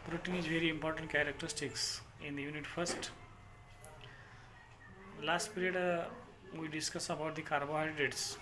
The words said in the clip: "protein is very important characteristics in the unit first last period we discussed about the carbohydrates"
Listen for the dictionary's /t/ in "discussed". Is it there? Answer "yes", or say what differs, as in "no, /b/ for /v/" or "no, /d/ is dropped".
no, /t/ is dropped